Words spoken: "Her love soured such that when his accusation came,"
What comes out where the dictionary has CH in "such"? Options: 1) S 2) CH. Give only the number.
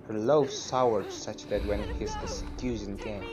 2